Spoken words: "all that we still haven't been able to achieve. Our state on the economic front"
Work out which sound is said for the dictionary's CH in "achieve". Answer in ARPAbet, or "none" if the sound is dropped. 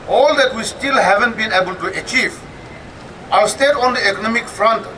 CH